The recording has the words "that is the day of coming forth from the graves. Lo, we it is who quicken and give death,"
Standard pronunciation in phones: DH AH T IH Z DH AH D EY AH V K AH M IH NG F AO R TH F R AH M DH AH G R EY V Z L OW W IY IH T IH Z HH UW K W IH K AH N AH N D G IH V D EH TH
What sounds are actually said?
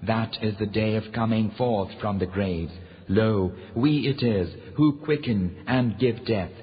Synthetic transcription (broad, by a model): DH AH T IH Z DH AH D EY AH V K AH M IH NG F AO R TH F R AH M DH AH G R EY V Z L OW W IY IH T IH Z HH UW K W IH K AH N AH N G IH V D EH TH